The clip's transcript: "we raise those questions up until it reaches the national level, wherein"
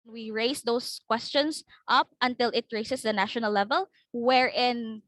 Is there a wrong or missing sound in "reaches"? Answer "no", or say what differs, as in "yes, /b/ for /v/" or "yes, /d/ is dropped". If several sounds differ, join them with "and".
yes, /s/ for /tʃ/